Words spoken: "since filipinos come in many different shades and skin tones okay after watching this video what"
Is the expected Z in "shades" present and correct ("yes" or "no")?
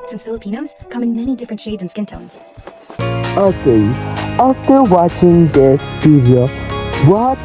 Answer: yes